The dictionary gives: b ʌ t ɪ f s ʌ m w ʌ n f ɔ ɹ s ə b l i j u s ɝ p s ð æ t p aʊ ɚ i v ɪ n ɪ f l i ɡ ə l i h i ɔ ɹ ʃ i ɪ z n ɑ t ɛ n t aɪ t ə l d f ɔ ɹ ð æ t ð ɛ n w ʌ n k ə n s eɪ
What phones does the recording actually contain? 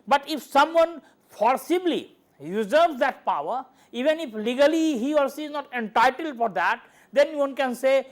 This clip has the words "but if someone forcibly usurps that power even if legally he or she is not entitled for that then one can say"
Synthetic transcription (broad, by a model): b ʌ t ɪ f s ʌ m w ʌ n p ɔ ɹ s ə b l i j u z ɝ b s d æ t p aʊ ɚ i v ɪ n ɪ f l i ɡ ə l i h i ɔ ɹ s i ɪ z n ɑ t ɛ n t aɪ t ə l d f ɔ ɹ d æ t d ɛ n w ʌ n k ə n s eɪ